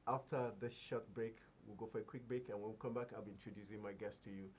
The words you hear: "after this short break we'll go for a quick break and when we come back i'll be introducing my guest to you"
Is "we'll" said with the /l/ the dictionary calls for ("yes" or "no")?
yes